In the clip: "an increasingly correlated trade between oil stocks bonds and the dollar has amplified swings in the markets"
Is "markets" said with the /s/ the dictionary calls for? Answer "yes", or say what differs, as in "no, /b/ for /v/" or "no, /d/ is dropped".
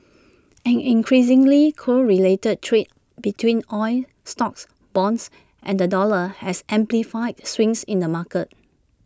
no, /s/ is dropped